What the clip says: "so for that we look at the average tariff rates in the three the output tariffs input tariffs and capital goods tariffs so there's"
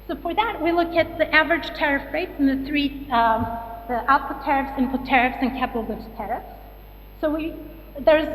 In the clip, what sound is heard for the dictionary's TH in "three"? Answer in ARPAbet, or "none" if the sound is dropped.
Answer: TH